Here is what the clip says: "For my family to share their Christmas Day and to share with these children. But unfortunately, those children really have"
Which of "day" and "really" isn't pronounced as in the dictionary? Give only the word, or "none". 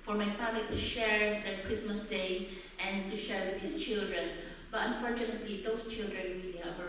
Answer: really